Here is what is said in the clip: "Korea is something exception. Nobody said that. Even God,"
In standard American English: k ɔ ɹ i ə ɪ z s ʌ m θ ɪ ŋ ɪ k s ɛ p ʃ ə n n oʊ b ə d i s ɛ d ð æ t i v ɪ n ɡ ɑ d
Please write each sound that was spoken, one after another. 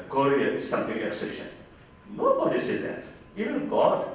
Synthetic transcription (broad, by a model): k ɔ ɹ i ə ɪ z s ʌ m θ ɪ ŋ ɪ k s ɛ ʃ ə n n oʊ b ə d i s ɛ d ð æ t i v ɪ n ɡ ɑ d